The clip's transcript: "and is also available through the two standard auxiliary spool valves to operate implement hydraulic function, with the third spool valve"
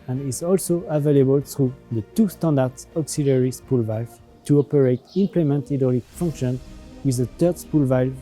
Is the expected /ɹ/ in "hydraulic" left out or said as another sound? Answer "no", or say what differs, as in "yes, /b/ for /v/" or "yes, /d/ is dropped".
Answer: yes, /ɹ/ is dropped